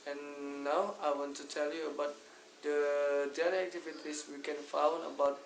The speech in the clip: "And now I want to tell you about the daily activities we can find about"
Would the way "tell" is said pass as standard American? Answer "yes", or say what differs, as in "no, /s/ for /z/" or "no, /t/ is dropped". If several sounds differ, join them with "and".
yes